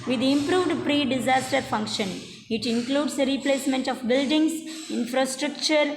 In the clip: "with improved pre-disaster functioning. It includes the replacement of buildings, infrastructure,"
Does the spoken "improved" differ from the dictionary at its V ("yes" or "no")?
no